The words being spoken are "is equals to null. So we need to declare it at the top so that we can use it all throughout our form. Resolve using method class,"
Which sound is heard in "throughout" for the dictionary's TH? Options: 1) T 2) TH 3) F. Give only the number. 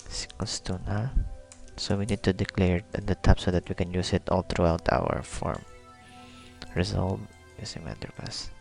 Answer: 1